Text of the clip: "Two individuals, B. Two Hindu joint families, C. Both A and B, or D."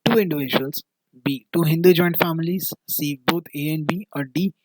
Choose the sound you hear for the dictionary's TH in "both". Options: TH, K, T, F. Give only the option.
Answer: T